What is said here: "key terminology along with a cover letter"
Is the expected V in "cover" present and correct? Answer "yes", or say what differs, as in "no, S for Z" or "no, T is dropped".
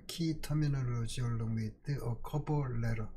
no, P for V